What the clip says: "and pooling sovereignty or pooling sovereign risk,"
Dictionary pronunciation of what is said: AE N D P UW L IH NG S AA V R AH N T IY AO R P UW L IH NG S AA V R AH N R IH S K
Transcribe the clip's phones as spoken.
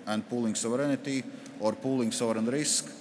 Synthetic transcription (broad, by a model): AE N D P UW L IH NG S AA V R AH N T IY AO R P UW L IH NG S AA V R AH N R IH S K